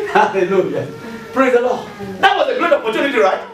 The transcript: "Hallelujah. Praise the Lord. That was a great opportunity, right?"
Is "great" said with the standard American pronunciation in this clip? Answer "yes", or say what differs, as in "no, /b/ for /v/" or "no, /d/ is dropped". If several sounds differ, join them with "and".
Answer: no, /ɹ/ is dropped